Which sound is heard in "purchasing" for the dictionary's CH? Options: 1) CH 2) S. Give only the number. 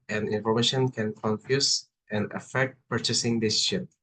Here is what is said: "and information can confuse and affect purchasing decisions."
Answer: 1